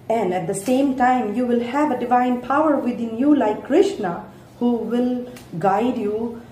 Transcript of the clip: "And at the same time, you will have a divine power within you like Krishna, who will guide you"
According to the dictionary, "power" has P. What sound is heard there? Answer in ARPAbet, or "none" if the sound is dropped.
P